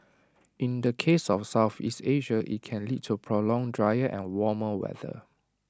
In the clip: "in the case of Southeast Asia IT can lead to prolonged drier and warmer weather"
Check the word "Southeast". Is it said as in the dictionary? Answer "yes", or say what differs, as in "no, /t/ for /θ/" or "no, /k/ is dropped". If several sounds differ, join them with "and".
yes